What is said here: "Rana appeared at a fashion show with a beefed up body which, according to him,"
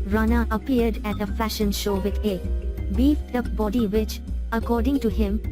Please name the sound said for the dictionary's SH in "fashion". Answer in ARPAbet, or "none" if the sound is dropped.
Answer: SH